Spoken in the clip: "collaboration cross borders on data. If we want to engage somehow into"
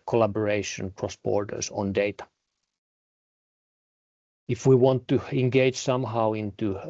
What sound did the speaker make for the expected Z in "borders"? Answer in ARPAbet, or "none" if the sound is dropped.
S